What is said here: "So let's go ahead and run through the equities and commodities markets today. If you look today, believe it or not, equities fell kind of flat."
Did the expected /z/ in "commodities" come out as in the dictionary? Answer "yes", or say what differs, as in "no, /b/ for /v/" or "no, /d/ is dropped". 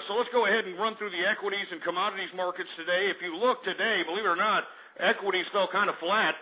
yes